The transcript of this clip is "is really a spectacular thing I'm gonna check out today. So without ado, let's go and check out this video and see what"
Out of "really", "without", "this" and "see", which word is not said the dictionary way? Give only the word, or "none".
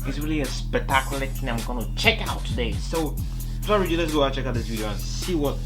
without